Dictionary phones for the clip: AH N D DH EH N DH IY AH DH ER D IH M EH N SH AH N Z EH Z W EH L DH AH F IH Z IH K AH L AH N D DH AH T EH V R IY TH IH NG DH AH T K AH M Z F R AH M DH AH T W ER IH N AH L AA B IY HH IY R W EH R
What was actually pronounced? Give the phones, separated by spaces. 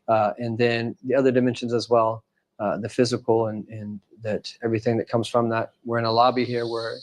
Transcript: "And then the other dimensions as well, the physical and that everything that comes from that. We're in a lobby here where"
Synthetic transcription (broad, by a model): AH N DH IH N DH IY AH DH ER D IH M EH N SH AH N Z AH Z W EH L DH AH F IH Z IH K L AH N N DH AH T EH V R IY TH IH NG DH AH T K AH M Z F R AH M DH AH T W ER IH N AH L AA B IY HH IY R W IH R